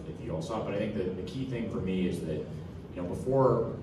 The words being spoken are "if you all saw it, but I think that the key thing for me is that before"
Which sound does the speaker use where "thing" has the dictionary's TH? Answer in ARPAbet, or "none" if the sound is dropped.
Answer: TH